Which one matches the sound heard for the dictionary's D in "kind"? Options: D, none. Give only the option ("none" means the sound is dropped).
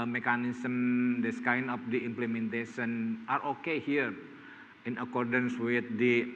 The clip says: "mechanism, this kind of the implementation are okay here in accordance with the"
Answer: none